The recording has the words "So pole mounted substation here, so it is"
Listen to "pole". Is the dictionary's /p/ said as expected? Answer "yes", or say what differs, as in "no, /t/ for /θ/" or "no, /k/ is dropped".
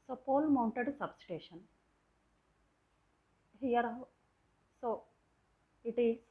yes